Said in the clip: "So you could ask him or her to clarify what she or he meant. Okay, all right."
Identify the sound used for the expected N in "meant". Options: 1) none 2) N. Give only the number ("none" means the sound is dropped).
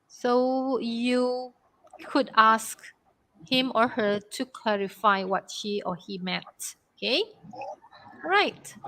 1